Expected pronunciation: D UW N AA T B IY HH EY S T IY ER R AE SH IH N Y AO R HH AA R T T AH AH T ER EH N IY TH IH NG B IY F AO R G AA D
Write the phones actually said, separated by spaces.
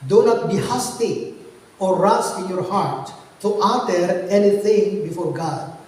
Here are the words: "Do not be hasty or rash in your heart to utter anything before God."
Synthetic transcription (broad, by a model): D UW N AA T B IY HH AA S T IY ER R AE S IH N Y AO R HH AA R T T AH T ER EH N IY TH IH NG B IY F AO R G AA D